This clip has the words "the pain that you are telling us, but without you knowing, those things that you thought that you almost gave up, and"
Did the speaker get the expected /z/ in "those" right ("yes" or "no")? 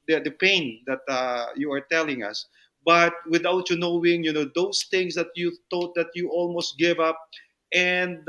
no